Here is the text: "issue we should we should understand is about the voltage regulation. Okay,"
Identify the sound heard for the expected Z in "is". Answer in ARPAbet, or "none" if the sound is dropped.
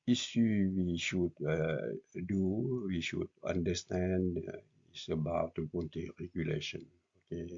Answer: S